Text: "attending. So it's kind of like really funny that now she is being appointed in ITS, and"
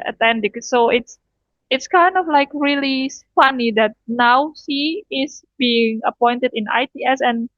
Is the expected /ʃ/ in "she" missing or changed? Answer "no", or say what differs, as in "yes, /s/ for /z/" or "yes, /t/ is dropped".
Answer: yes, /s/ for /ʃ/